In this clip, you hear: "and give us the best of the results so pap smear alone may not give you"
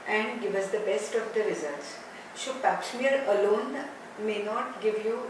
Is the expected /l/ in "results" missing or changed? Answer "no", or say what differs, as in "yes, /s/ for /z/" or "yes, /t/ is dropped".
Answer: yes, /l/ is dropped